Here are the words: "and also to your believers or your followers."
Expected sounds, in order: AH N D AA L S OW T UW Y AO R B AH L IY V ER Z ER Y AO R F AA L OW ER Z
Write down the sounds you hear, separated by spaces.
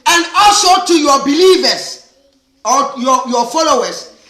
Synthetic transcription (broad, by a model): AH N D AA L S OW T UW Y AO B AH L IY V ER S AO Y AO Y F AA L OW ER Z